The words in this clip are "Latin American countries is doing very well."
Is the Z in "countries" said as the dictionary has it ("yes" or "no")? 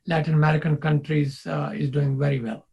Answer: yes